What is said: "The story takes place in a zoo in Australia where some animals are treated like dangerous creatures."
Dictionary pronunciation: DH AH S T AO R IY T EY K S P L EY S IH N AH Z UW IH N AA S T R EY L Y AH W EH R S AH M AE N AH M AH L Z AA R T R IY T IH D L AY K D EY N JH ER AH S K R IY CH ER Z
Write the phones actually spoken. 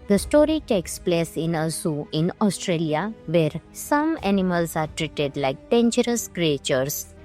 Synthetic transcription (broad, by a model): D AH S T AO R IY T EY K S P L EY S IH N AH S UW IH N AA S T R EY L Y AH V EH R S AH M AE N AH M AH L S AA R T R IY T IH D L AY K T EY N CH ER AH S K R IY CH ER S